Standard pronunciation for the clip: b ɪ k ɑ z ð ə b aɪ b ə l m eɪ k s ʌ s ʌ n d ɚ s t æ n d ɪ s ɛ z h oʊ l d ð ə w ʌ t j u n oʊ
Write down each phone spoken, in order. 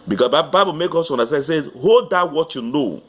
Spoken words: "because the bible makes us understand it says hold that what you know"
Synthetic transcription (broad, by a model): b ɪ k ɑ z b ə b aɪ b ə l m eɪ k ɔ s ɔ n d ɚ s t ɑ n ɪ s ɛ h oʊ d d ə w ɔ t j u n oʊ